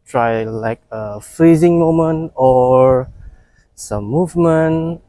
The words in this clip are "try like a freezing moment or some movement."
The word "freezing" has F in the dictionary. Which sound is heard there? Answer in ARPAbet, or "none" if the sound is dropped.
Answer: F